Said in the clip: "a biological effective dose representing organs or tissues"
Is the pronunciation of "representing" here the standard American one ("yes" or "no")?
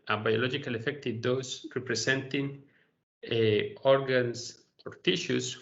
no